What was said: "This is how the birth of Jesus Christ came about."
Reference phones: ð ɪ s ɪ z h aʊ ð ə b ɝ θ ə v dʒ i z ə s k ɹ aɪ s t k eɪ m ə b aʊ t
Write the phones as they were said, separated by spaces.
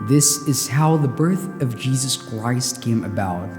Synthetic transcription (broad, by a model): ð ɪ s ɪ z h aʊ ð ə b ɝ θ ə v dʒ i z ə s k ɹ aɪ s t k eɪ m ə b aʊ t